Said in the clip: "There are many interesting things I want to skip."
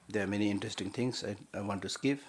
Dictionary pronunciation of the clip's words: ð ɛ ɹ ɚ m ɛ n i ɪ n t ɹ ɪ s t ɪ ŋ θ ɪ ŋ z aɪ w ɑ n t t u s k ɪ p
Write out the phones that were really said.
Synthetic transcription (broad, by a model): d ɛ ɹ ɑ m ɛ n i ɪ n t ɹ ɪ s t ɪ ŋ t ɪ ŋ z aɪ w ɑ n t t u s k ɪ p